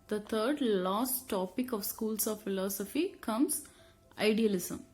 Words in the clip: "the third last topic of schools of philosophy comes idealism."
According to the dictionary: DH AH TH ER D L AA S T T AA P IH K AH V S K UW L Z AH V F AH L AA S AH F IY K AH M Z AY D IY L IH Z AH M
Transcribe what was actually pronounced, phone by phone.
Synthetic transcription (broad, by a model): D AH T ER D L AA S T T AA P IH K AH V S K UW L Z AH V F AH L AA S AH F IY K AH M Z AY D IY L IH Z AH M